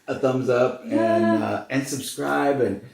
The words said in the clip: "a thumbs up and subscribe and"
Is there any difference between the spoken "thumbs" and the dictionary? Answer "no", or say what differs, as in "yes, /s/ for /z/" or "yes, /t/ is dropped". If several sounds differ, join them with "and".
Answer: no